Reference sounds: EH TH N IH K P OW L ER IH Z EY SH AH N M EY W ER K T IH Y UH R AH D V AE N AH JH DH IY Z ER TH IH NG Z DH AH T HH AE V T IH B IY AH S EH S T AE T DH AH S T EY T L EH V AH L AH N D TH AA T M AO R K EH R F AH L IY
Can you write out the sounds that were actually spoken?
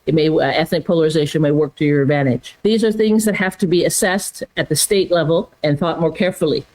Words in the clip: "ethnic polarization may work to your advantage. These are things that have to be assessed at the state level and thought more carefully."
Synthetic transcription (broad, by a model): EH TH N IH K P OW L ER IH Z EY SH AH N M EY W ER K T IH Y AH R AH D V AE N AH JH DH IY Z ER TH IH NG Z DH AH T HH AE F T IH B IY AH S EH S T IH T DH AH S T EY T L EH V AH L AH N TH AA T M AO R K EH R F L IY